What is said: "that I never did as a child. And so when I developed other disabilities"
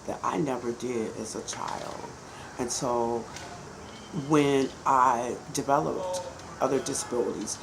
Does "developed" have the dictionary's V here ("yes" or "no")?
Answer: yes